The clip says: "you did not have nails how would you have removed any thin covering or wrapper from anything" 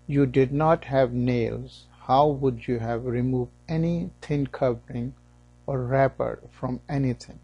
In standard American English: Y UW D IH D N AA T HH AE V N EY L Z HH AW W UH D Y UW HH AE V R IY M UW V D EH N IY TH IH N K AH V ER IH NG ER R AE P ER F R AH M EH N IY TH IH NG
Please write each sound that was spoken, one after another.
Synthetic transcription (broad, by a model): Y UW D IH D N AA T HH AE V N EY L Z HH AW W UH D Y UW HH AE V R IY M UW V D EH N IY T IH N K AH V ER IH NG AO R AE P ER F R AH M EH N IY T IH NG